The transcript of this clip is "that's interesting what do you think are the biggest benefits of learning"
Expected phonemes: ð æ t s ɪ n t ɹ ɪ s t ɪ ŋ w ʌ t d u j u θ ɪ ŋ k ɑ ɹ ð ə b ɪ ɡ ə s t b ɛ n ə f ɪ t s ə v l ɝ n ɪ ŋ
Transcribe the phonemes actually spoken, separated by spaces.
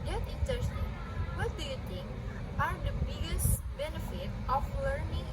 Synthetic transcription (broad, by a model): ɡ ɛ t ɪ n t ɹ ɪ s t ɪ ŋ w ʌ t d u j u t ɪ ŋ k ɑ ɹ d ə b ɪ ɡ ə s t b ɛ n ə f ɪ t ə f l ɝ n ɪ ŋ